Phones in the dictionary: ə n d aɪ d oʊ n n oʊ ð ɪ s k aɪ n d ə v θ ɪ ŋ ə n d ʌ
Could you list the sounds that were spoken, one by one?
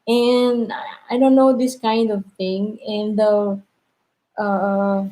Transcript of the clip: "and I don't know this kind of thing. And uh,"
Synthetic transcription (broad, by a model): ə n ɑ aɪ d oʊ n n oʊ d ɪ s k aɪ n d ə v t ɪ ŋ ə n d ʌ